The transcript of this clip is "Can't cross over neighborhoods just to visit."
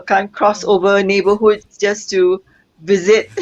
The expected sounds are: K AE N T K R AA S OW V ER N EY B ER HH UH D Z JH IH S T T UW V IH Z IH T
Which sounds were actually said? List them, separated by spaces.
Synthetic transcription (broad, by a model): K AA N K R AA S OW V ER N EY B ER HH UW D JH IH S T T UW V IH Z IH T